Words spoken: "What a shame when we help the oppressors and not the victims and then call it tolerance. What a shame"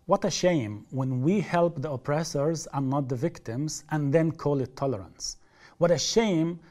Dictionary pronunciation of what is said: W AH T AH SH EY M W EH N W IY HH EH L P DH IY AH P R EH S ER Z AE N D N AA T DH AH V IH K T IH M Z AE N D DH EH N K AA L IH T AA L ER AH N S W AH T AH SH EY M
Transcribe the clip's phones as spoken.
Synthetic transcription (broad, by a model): W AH T AH SH EY M W EH N W IY HH EH L P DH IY AH P R EH S ER Z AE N N AA T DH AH V IH K T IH M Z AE N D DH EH N K AA L IH T AA L ER AH N S W AH T AH SH EY M